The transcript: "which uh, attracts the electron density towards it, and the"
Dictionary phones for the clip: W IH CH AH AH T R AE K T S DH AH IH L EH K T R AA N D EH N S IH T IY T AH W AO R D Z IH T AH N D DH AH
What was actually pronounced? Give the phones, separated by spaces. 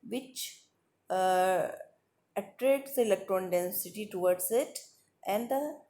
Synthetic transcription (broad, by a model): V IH CH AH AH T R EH T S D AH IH L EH K T R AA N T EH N S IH T IY T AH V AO R D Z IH T AH N D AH